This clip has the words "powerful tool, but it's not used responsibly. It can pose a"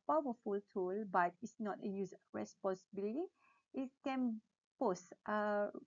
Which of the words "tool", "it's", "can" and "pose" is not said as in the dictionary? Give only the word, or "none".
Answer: pose